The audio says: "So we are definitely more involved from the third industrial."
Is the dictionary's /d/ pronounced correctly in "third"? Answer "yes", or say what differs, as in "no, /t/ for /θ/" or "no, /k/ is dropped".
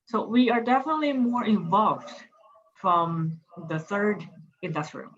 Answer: yes